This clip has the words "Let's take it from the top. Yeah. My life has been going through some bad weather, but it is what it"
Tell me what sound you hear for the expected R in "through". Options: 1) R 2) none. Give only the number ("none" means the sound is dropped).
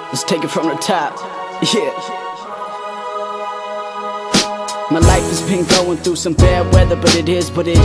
1